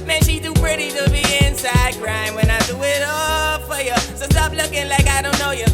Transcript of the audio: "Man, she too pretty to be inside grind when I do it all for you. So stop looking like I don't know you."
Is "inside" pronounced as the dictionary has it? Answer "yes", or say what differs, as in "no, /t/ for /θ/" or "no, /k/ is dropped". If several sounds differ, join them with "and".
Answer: yes